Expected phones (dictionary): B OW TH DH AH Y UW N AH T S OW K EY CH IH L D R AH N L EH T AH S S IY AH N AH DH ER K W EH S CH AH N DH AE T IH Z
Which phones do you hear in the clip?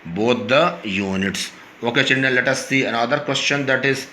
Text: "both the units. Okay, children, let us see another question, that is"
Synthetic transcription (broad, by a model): B OW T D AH Y UW N AH T S OW K EY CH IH N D AH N L EH T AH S S IY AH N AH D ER K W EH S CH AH N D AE T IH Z